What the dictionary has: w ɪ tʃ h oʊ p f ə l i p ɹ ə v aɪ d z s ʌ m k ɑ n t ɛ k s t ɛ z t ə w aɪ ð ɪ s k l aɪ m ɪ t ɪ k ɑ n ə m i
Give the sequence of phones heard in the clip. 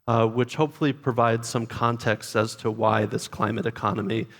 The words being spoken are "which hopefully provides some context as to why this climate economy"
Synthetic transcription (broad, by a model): w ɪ tʃ h oʊ p f l i p ɹ ə v aɪ d z s ʌ m k ɑ n t ɛ k s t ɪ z t ə w aɪ ð ɪ s k l aɪ m ɪ t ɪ k ɑ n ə m i